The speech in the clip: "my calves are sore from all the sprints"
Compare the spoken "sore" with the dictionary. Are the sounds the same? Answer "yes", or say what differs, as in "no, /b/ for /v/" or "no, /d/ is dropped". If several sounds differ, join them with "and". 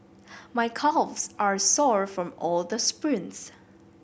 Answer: yes